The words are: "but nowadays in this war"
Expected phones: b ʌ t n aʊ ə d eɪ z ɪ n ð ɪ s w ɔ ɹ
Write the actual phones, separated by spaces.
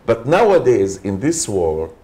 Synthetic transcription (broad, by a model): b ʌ t n aʊ ə d eɪ z ɪ n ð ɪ s w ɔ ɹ